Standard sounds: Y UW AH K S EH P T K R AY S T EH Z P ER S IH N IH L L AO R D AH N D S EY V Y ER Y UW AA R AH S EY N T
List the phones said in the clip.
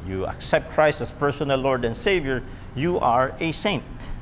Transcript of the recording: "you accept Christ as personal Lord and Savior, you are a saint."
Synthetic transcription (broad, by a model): Y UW AH K S EH P T K R AY S T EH S P ER S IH N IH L L AO R D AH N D S EY V Y ER Y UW AA R AH S EY N T